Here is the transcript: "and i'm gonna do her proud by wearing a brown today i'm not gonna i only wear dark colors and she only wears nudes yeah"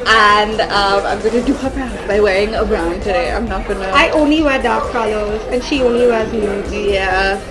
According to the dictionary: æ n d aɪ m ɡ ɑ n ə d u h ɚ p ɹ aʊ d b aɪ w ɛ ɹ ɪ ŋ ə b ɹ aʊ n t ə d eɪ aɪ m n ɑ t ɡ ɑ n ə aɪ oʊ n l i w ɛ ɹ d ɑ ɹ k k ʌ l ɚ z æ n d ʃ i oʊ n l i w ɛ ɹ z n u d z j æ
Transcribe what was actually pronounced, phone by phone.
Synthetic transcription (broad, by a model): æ n d aɪ m ɡ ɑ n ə d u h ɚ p aʊ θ b aɪ w ɛ ɹ ɪ ŋ ə b ɹ aʊ n t ə d eɪ aɪ m n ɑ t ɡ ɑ n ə aɪ oʊ n l i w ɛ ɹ d ɑ ɹ k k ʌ l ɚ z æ n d ʃ i oʊ n l i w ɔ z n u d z j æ